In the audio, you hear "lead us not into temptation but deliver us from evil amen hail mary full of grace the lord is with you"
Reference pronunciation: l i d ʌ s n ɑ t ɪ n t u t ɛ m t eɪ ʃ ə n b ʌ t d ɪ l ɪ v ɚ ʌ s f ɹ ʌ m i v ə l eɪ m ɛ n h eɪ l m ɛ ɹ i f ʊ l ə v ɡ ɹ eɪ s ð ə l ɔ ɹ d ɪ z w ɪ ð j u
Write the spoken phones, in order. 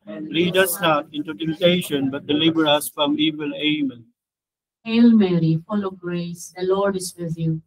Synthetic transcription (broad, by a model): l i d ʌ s n ɑ t ɪ n t u t ɛ m t eɪ ʃ ə n b ʌ t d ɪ l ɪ b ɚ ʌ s f ɹ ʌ m i v ə l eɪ m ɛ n h eɪ l m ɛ ɹ i f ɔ l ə ɡ ɹ eɪ s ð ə l ɔ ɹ d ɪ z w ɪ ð j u